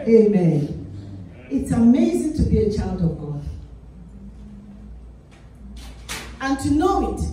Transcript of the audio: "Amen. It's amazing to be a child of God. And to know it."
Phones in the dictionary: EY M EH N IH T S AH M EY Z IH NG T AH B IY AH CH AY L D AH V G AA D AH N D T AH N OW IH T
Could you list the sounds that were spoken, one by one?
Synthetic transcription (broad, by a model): EY M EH N IH T S AH M EY Z IH NG T AH B IY AH CH AY L D AH V G AA D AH N T AH N OW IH T